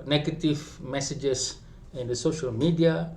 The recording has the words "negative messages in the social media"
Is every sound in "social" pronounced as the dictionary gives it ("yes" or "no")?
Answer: yes